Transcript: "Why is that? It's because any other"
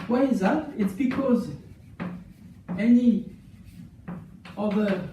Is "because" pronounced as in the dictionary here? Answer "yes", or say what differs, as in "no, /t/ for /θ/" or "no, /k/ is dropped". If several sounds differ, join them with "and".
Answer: yes